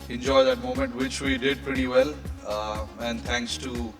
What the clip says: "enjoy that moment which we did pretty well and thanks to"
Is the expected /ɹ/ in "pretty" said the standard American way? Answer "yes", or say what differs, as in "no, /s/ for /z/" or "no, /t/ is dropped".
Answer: yes